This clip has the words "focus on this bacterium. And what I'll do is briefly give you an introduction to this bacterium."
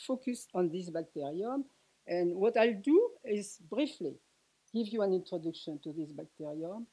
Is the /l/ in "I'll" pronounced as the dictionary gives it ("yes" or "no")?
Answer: yes